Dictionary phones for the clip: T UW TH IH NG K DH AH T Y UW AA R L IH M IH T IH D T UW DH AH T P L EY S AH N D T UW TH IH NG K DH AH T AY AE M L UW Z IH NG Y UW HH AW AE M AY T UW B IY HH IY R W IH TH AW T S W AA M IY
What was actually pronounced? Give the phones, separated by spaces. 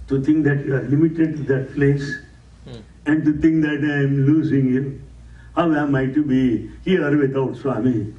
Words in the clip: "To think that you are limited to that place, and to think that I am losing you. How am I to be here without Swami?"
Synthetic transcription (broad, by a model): T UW T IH NG K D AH T Y UW AA R L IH M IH T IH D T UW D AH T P L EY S AH N D T UW T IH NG K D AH T AY M L UW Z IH NG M HH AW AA M AY T UW B IY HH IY R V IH T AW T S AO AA M IY